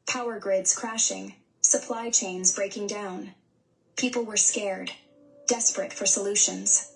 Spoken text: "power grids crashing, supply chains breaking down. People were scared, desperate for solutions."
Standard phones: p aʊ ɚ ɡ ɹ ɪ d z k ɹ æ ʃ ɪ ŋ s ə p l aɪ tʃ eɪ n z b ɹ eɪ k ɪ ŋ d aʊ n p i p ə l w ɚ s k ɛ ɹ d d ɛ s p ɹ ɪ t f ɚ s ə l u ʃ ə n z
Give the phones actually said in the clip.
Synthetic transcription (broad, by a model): p aʊ ɚ ɡ ɹ ɪ d z k ɹ æ ʃ ɪ ŋ s ə p l aɪ tʃ eɪ n z b ɹ eɪ k ɪ ŋ d aʊ n p i p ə l w ɚ s k ɛ ɹ d d ɛ s p ɹ ɪ t f ɚ s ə l u ʃ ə n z